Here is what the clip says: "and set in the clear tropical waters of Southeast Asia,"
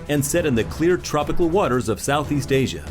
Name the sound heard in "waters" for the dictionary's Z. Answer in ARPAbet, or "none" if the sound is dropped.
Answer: Z